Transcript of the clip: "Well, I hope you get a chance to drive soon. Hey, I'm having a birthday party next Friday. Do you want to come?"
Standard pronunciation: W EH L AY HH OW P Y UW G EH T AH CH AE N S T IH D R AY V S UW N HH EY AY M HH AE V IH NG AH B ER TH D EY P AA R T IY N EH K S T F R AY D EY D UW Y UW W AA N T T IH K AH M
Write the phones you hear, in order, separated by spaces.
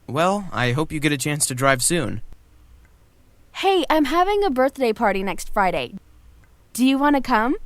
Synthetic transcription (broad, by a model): W EH L AY HH OW P Y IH G EH T AH CH AE N S T IH D R AY V S UW N HH EY AY M HH AE V IH NG AH B ER TH D EY P AA R T IY N EH K S T F R AY D EY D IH Y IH W AA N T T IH K AH M